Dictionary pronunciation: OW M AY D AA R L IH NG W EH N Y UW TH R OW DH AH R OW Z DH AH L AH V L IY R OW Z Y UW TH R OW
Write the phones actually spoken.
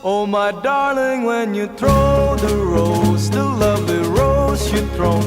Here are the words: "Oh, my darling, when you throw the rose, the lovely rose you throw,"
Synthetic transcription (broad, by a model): OW M AY D AA R L IH NG W EH N Y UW TH R OW DH AH R OW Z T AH L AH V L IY R OW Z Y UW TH R OW